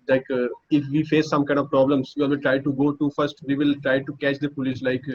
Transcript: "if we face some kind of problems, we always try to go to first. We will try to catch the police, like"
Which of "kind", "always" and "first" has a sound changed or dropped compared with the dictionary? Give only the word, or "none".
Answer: always